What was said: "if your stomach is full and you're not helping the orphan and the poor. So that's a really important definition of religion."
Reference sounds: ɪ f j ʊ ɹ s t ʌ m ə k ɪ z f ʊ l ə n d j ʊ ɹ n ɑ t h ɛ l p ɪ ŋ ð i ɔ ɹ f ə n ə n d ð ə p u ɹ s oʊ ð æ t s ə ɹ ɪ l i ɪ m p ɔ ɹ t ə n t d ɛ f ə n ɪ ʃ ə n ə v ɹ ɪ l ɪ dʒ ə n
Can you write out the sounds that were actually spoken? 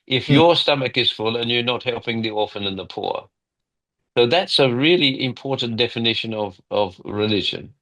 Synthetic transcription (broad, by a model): ɪ f j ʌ ɹ s t ʌ m ə k ɪ z f ʊ l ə n j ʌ ɹ n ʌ t h ɛ l p ɪ ŋ ð i ɔ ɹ f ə n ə n ð ə p u ɹ s oʊ ð æ t s ə ɹ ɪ l i ɪ m p ɔ ɹ t n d ɛ f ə n ɪ ʃ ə n ə v ɹ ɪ l ɪ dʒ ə n